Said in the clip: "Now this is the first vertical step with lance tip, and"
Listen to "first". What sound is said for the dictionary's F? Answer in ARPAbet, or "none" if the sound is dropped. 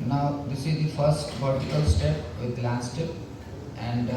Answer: F